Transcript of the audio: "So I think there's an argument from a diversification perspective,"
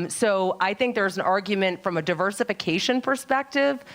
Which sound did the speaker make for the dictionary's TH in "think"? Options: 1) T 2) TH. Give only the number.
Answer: 2